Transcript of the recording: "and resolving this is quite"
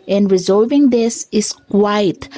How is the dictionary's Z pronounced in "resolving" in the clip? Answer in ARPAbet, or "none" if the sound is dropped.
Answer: Z